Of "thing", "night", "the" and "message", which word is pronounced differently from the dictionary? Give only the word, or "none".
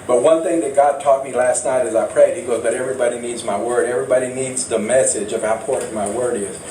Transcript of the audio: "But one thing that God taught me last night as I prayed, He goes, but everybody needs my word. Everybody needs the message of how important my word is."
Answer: none